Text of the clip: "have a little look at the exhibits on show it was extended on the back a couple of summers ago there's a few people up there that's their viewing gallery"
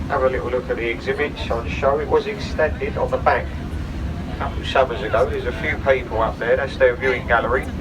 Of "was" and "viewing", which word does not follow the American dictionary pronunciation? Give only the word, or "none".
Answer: none